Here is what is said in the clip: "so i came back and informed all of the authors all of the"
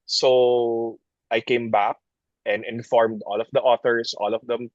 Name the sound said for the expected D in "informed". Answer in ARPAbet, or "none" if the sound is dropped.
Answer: D